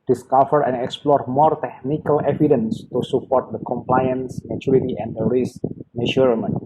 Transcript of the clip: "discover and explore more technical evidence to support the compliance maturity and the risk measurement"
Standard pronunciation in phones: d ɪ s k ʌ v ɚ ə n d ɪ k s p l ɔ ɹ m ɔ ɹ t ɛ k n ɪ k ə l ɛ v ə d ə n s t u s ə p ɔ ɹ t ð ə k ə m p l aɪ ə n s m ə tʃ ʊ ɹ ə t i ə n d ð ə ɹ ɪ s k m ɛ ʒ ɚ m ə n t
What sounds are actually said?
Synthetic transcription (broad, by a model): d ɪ s k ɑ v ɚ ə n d ɪ k s p l ɔ ɹ m ɔ ɹ t ɛ k n ɪ k ə l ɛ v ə d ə n s t u s ə p ɔ ɹ t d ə k ə m p l aɪ ə n s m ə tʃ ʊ ɹ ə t i ə n d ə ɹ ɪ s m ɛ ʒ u m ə n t